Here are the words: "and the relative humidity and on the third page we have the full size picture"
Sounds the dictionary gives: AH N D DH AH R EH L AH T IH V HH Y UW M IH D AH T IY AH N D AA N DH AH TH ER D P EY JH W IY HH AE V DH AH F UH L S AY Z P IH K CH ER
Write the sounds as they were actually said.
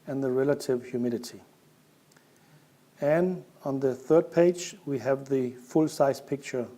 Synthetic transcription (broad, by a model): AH N DH AH R EH L AH T IH V HH Y UW M IH D AH T IY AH N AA N DH AH TH ER D P EY JH W IY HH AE V DH AH F UH L S AY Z P IH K CH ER